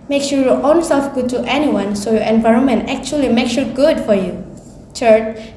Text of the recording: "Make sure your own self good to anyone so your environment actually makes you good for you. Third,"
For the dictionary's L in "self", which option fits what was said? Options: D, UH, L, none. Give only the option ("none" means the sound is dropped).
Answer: L